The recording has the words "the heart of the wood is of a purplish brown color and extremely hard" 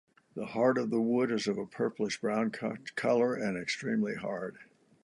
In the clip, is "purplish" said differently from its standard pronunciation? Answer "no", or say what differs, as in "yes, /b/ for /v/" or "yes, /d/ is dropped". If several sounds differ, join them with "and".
yes, /s/ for /ʃ/